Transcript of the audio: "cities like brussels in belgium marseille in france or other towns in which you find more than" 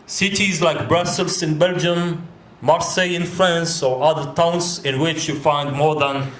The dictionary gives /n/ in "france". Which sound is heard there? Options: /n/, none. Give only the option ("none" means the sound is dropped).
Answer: /n/